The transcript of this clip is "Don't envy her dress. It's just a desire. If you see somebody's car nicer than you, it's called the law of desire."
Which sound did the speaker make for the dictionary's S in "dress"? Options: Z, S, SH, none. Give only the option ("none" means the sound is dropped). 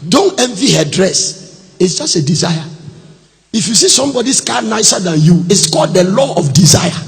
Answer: S